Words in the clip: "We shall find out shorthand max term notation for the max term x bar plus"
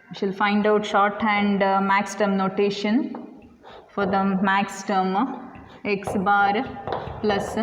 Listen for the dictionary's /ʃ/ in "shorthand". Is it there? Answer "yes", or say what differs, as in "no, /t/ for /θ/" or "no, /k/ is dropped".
yes